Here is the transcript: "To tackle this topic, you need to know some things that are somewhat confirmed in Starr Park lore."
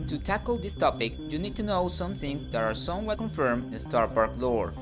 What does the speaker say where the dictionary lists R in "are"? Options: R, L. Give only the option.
R